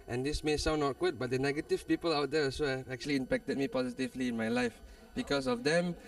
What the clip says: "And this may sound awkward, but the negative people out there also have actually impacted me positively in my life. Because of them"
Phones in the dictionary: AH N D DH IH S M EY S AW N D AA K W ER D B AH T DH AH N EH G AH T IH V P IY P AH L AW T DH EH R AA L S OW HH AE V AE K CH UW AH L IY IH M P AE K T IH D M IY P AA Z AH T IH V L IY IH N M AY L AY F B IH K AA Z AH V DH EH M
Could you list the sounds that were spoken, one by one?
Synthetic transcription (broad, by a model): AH N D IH S M EY S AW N AA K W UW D B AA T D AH N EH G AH T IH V P IY P AH L AW T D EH S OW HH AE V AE K CH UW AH L IY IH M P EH K T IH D M IY P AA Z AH T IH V L IY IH N M AY L AY F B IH K AA S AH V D EH M